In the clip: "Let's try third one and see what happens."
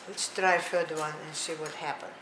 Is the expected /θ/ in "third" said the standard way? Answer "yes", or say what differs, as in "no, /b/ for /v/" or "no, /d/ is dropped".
no, /f/ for /θ/